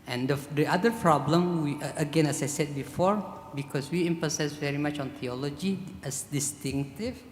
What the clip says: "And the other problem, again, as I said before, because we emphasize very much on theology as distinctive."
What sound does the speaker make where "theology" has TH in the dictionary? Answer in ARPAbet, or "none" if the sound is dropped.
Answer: T